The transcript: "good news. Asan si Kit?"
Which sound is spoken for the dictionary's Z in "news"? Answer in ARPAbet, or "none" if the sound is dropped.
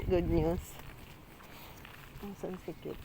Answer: S